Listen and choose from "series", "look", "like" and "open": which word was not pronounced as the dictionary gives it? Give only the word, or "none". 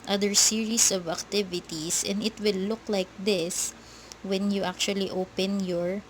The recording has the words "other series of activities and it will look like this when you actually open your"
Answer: series